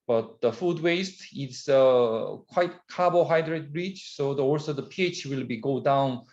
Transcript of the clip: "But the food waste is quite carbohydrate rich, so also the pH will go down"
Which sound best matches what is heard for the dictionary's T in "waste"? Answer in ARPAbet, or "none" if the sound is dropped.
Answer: T